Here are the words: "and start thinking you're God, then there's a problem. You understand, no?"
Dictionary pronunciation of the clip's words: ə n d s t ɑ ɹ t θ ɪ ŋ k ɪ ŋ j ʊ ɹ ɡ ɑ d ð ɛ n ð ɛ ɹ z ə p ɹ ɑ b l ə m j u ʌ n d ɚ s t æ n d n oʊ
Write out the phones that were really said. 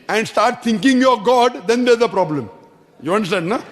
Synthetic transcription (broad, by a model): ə n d s t ɑ ɹ t t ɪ ŋ k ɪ ŋ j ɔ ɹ ɡ ɑ d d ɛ n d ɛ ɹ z ə p ɹ ɑ b l ə m j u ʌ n d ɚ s t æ n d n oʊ